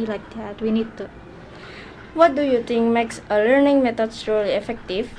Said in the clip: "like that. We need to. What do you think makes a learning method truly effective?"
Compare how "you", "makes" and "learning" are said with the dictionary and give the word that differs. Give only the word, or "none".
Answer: none